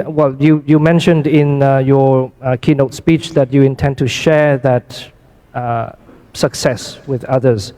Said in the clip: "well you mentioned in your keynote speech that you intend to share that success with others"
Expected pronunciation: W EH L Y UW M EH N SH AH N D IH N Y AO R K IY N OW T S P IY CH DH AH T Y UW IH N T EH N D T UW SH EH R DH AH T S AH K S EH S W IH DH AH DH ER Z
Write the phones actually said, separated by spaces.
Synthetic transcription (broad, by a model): W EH L Y UW M EH N SH AH N D IH N Y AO K IY N OW T S P IY CH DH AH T Y UW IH N T EH N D T UW SH EH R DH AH T S AH K S EH S W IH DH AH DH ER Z